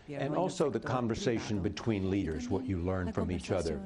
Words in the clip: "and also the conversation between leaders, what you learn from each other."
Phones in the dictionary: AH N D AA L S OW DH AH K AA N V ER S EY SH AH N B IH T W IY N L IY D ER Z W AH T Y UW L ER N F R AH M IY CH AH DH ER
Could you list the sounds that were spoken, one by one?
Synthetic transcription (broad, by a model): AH N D AA L S OW DH AH K AA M V ER S EY SH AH N B IH T W IY N L IY D ER Z W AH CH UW L ER N F R AH M IY CH AH DH ER